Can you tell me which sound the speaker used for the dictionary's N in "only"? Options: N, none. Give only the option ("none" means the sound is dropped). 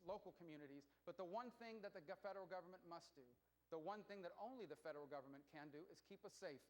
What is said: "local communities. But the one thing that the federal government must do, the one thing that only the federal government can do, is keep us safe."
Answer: N